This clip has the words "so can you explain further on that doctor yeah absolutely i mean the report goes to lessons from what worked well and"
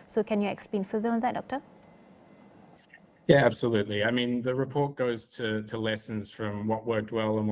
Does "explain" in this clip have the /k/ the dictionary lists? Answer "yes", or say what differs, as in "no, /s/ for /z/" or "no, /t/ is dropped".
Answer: yes